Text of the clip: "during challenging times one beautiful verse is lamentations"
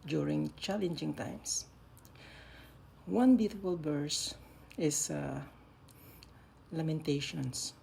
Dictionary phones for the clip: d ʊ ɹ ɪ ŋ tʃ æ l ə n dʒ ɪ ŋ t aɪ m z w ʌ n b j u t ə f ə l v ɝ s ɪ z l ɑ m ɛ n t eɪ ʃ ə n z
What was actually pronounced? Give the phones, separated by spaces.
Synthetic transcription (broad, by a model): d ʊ ɹ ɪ ŋ tʃ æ l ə n dʒ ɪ ŋ t aɪ m s w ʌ n b j u t ə f ə l b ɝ s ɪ s l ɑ m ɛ n t eɪ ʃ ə n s